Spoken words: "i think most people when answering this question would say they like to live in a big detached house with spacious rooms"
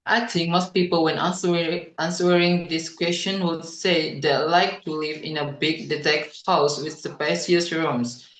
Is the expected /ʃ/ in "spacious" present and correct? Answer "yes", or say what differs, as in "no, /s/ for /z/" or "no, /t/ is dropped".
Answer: no, /s/ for /ʃ/